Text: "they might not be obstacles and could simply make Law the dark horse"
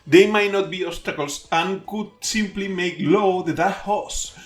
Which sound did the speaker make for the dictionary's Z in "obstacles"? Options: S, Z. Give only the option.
S